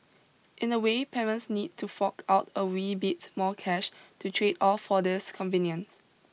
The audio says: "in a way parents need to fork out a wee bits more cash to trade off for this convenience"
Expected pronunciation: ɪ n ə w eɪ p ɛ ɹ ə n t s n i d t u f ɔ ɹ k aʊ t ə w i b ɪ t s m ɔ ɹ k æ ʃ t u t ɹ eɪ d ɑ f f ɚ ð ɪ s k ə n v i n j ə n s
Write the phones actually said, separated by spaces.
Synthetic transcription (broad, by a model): ɪ n ə w eɪ p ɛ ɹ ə n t s n i d t u f ɔ k aʊ t ə w i b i t m ɔ k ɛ ʃ t u t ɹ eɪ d ɑ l f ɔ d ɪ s k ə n v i n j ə n s